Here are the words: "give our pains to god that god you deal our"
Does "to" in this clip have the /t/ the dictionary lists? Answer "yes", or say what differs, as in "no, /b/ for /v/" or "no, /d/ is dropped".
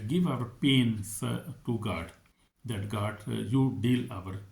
yes